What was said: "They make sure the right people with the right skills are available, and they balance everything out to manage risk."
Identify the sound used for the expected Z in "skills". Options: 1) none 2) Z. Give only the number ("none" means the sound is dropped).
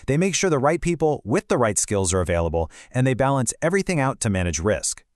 2